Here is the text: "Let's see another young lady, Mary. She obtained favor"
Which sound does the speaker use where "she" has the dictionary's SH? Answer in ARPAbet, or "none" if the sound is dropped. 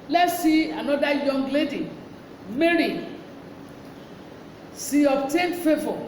S